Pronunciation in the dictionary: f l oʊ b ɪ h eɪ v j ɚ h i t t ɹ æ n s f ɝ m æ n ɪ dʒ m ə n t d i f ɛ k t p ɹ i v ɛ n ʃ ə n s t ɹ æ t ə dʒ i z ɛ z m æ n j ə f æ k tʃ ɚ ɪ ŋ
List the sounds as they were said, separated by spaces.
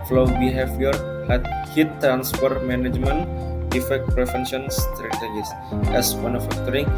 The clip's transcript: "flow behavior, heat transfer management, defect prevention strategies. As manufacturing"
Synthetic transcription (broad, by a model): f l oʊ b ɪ h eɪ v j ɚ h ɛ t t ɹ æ n s p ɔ m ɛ n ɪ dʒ m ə n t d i f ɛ k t p ɹ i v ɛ n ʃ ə n s t ɹ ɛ t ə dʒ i s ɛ s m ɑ n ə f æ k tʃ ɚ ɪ ŋ